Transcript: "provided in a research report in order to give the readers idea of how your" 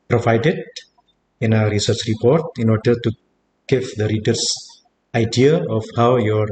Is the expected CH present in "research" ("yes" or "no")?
yes